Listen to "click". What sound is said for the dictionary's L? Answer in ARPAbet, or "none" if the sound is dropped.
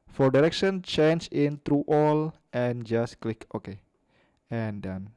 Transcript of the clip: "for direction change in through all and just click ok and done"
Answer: L